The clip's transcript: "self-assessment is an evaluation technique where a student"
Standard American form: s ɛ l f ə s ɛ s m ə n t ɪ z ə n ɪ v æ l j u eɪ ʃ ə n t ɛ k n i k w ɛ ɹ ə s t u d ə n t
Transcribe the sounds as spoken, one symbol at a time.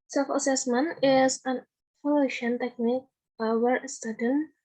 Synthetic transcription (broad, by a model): s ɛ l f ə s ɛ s m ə n ɪ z ə n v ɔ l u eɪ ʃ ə n t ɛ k n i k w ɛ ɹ s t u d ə n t